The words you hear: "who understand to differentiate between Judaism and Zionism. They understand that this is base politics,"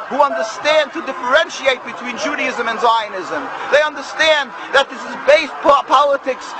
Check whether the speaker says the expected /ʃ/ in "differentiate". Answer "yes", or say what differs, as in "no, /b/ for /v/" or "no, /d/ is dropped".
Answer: yes